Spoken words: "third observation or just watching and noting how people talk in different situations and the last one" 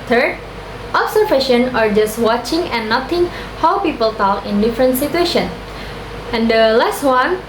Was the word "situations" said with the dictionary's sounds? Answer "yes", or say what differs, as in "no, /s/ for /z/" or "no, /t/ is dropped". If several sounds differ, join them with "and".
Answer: no, /z/ is dropped